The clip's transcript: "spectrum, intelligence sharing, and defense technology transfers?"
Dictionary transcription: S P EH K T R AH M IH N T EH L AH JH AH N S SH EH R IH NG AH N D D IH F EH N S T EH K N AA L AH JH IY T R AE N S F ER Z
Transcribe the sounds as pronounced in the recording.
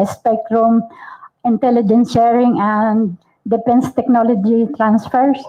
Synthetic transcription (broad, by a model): S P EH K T R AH M IH N T EH L AH JH AH N S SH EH R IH NG AH N D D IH P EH N S T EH K N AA L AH JH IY T R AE N S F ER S